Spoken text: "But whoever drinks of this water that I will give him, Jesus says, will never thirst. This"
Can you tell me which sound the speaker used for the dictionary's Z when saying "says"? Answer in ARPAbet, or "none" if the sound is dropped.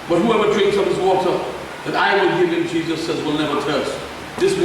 Z